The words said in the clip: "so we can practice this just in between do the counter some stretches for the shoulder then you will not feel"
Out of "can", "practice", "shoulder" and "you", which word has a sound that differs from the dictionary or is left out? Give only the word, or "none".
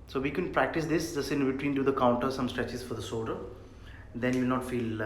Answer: shoulder